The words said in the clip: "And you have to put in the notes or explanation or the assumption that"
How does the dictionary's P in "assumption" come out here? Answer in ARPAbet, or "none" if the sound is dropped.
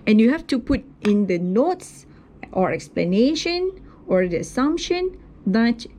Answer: P